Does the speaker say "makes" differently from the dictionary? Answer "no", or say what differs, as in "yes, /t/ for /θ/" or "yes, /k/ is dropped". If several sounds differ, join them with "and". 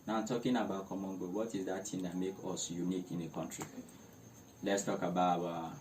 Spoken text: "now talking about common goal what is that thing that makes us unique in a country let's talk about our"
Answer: yes, /s/ is dropped